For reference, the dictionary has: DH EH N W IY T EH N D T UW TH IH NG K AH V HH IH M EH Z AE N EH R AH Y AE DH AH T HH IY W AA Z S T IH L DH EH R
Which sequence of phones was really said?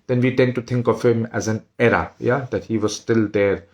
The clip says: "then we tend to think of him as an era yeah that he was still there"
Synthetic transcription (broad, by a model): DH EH N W IY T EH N T UW T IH NG K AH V HH IH M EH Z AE N EH R AH Y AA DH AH T HH IY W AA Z S T IH L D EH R